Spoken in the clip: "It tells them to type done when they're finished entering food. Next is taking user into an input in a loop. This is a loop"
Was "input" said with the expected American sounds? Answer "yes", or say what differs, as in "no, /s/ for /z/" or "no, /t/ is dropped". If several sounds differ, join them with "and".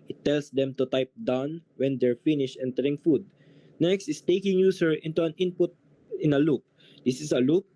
yes